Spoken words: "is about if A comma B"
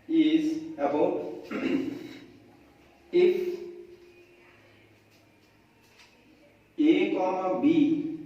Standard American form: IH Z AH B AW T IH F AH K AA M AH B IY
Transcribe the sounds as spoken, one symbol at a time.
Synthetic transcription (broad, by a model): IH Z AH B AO IH F AH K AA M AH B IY